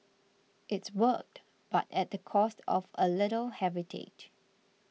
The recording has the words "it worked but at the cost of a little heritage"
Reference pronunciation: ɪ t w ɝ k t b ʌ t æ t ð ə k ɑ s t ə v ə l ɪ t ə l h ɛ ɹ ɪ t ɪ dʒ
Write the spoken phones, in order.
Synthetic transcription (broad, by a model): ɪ t w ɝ k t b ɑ t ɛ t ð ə k ɑ s t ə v ə l ɪ t ə l h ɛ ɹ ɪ t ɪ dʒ